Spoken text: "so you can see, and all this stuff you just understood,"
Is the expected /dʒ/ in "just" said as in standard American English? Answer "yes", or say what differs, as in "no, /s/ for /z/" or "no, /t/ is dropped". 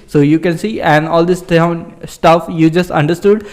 yes